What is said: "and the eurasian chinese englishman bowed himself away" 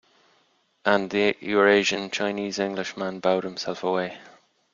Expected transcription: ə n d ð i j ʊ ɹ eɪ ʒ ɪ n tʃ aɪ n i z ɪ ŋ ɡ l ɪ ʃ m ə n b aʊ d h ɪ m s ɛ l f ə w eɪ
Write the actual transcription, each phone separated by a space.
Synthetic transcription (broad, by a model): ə n ð i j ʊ ɹ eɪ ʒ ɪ n tʃ aɪ n i z ɪ ŋ ɡ l ɪ ʃ m ə n b aʊ d h ɪ m s ɛ l f ə w eɪ